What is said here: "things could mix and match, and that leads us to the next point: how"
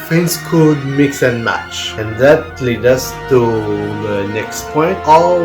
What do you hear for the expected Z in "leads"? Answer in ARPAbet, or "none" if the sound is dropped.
none